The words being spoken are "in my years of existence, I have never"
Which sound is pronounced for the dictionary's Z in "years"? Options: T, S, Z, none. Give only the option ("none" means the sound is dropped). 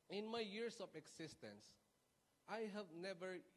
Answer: S